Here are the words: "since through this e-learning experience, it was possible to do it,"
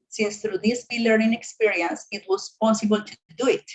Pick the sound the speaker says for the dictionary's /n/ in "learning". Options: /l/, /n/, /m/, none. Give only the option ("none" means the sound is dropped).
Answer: none